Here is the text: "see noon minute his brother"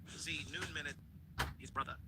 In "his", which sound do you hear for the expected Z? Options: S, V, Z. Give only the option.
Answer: Z